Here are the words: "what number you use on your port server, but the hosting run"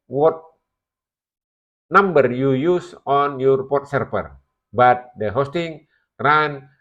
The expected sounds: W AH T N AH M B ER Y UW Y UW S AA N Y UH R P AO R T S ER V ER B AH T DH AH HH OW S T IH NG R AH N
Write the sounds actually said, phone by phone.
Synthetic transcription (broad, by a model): W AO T N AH M B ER Y UW Y UW S AA N Y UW R P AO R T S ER P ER B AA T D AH HH OW S T IH NG R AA N